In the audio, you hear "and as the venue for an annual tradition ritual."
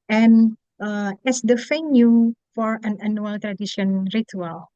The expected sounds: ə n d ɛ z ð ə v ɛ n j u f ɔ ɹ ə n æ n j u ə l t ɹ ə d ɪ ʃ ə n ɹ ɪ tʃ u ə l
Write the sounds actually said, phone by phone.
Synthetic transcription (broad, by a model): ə n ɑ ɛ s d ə f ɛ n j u f ɔ ɹ ə n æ n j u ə l t ɹ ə d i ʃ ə n ɹ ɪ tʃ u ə l